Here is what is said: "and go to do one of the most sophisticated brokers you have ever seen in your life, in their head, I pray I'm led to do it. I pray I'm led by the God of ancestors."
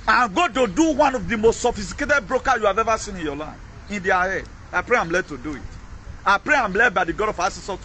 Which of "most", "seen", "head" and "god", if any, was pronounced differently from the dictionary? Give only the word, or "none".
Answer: none